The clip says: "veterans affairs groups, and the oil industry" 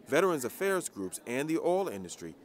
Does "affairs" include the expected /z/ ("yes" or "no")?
yes